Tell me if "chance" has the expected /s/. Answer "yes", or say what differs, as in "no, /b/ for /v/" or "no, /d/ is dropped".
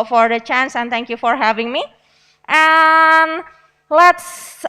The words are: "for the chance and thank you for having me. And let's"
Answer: yes